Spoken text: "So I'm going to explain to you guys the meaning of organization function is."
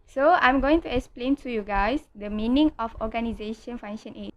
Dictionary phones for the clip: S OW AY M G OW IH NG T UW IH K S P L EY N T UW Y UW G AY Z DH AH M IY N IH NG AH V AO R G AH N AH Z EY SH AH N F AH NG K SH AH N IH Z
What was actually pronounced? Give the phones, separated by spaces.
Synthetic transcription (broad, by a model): S OW AY M G OW IH NG T UW IH K S P L EY N T UW Y UW G AY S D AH M IY N IH NG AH F AO G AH N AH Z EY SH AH N F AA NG SH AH N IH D